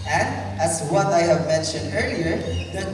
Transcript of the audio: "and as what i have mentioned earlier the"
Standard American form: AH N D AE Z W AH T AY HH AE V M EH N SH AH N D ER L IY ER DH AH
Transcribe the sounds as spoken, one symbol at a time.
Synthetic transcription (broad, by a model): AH N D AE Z W AH T AY HH AE V M EH N SH AH N D ER L IY ER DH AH